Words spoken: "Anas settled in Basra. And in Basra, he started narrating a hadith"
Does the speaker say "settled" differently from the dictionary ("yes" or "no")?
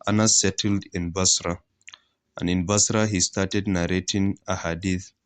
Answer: no